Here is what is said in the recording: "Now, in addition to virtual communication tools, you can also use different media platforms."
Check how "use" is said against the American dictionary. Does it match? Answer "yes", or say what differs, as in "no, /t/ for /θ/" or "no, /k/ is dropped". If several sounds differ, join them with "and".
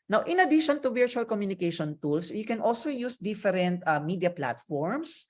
yes